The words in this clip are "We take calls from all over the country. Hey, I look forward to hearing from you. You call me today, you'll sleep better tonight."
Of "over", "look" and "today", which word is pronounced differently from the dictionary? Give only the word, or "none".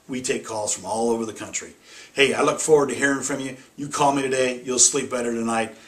none